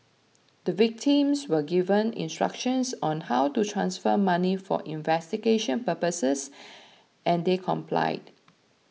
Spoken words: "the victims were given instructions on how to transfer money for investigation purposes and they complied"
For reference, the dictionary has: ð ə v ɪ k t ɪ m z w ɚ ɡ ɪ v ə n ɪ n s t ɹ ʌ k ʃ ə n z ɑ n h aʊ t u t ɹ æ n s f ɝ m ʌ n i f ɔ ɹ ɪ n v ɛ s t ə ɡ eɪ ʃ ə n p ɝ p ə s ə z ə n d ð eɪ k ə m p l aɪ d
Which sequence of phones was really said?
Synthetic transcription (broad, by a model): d ə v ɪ k t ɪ m s w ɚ ɡ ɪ v ə n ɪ n s t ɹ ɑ k ʃ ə n s ɑ n h aʊ t u t ɹ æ n s f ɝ m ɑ n i f ɔ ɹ ɪ n v ɛ s t ə ɡ eɪ ʃ ə n p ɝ p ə s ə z ə n d eɪ k ə m p l aɪ d